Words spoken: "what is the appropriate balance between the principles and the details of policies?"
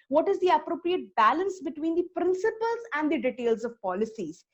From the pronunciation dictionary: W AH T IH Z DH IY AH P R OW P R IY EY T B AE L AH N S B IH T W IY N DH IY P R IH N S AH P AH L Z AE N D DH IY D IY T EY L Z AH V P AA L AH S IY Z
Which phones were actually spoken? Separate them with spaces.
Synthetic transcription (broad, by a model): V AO T IH Z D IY AH P R OW P R IY EY T B AE L AH N S B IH T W IY N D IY P R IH N S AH P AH L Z AE N D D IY D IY T EY L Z AH V P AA L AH S IY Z